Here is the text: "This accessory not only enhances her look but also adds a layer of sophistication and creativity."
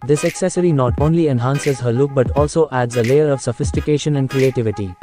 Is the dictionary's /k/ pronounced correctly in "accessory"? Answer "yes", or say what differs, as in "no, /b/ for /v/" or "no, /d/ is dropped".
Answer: yes